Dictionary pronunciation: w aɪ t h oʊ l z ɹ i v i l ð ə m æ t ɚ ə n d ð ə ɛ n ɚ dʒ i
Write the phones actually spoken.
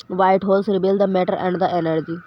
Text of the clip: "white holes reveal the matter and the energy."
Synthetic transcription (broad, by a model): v aɪ t h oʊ l s ɹ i b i l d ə m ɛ t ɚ ə n d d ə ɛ n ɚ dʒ i